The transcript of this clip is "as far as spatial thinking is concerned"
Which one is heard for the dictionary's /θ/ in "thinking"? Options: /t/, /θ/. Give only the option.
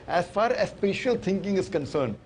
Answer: /t/